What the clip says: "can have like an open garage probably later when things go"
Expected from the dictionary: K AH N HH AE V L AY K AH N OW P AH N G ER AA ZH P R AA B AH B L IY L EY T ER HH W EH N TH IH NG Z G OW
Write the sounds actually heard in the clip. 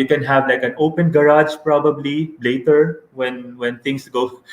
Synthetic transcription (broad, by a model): K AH N HH AE V L AY K AH N OW P AH N G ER AA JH P R AA B AH B L IY L EY T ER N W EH N T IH NG S G OW